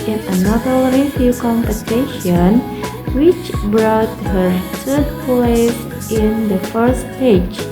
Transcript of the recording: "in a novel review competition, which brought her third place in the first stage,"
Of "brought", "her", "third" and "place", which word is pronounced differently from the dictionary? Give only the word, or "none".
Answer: third